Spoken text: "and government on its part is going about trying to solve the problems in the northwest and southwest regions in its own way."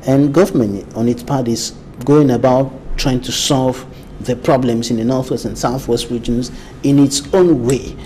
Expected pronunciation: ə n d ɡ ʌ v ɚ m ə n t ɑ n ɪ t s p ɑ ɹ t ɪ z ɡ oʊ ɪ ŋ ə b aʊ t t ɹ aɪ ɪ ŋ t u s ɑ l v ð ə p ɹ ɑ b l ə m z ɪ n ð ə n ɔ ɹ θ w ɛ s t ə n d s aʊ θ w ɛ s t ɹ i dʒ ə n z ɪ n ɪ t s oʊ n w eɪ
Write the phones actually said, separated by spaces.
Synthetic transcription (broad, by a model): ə n ɡ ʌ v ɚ m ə n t ɑ n ɪ t s p ɑ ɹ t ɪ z ɡ oʊ ɪ ŋ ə b aʊ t t ɹ aɪ ɪ ŋ t u s ɑ l v ð ə p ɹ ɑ b l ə m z ɪ n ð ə n ɔ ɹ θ w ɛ s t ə n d s aʊ θ w ɛ s t ɹ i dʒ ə n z ɪ n ɪ t s oʊ n w eɪ